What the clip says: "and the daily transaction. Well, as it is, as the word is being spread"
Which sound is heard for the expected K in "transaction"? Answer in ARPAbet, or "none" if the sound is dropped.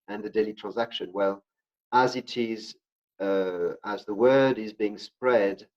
K